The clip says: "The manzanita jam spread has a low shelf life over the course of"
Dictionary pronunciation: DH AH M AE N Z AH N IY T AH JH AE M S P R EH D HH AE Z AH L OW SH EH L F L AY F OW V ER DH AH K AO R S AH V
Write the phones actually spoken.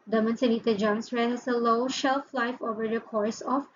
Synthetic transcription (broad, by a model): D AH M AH N S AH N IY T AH JH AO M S R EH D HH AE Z AH L OW SH EH L F L AY F OW V ER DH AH K AO R S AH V